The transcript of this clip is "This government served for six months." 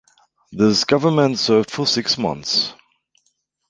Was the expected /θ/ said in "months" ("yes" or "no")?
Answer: yes